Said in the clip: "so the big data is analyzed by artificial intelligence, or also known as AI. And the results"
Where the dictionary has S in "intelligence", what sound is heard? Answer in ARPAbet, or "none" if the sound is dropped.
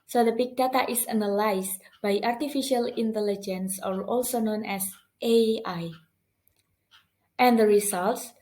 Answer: S